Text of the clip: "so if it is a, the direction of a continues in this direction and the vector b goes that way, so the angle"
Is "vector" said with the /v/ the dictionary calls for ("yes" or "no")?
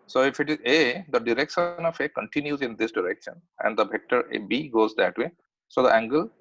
no